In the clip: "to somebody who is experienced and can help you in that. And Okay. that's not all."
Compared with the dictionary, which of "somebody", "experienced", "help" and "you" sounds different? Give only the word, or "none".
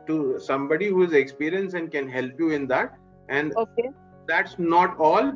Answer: experienced